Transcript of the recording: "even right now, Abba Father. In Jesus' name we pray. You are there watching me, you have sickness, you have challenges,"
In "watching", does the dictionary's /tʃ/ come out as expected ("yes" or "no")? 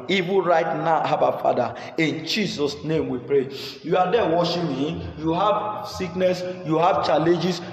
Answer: no